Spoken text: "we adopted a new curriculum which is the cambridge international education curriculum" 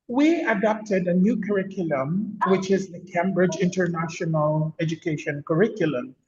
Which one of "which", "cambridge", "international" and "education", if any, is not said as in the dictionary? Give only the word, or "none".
none